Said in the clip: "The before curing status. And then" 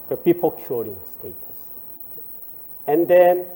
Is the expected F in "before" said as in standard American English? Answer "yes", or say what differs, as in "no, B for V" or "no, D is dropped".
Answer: no, P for F